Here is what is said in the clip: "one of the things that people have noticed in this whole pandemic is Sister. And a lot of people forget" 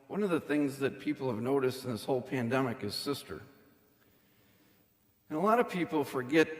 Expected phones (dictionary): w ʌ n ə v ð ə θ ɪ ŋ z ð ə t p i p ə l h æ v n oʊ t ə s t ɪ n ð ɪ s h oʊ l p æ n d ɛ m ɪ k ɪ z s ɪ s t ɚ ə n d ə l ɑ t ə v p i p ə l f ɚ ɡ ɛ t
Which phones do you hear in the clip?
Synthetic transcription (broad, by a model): w ʌ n ə v ð ə θ ɪ ŋ z ð ə t p i p l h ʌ v n oʊ t ə s t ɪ n ð ɪ s h oʊ l p æ n d ɛ m ɪ k ɪ z s ɪ s t ɚ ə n ə l ɑ t ə v p i p l f ɚ ɡ ɛ t